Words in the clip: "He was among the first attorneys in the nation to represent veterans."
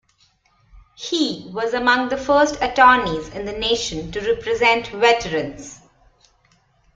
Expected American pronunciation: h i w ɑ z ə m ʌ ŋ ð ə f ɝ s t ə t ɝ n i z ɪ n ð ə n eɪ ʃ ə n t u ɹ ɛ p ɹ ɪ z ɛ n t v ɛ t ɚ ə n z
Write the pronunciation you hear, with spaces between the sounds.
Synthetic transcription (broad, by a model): h i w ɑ z ə m ʌ ŋ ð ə f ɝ s t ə t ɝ n i z ɪ n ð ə n eɪ ʃ ə n t u ɹ ɛ p ɹ ɪ z ɛ n t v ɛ t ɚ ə n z